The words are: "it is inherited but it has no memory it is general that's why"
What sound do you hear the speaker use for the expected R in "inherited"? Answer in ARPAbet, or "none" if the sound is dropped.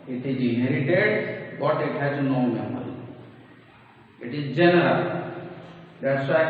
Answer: R